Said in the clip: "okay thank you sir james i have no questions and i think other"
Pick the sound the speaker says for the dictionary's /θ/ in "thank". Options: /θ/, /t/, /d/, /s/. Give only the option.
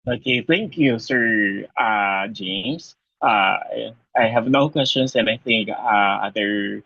/θ/